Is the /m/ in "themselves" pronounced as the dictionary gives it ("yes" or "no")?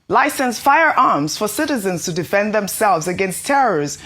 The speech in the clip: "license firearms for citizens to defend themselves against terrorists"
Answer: yes